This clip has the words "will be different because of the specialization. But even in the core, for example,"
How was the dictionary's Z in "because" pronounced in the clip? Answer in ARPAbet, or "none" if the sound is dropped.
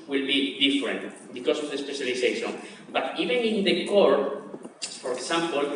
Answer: S